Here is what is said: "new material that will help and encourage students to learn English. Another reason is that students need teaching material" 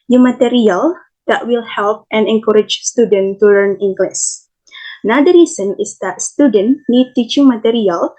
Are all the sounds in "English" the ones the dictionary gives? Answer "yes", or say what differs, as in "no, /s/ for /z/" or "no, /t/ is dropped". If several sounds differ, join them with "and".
no, /s/ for /ʃ/